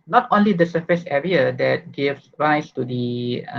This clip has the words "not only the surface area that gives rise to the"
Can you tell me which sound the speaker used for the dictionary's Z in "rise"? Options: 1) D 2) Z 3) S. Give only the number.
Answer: 3